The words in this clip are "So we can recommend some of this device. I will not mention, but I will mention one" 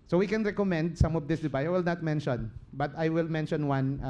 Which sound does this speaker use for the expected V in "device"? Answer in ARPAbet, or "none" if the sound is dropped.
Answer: B